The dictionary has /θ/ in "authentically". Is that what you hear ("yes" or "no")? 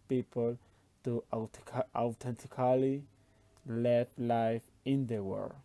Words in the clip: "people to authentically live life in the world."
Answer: no